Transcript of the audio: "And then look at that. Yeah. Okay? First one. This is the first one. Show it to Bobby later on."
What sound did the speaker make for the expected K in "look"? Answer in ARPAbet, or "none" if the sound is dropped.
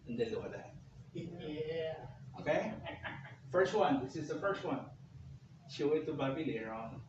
none